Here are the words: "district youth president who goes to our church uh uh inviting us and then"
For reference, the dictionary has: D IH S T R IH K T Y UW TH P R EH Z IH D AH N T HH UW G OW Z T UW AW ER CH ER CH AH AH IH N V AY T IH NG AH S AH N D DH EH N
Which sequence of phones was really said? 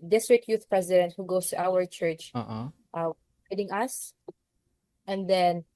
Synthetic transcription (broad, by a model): D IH S T R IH K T Y UW TH P R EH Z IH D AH N T HH UW G OW S T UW AW ER CH ER CH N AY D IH NG AH S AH N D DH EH N